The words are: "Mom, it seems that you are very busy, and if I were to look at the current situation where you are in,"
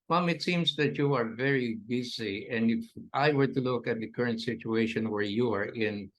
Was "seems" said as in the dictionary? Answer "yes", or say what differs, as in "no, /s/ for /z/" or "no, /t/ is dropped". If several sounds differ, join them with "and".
no, /s/ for /z/